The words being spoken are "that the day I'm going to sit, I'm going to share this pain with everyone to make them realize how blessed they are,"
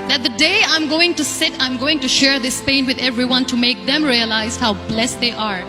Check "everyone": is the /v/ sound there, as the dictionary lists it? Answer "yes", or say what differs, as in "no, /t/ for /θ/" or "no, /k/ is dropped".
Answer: yes